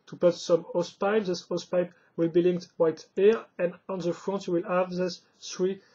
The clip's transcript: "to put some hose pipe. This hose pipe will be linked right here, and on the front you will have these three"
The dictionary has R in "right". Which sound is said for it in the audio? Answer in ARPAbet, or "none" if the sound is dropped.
W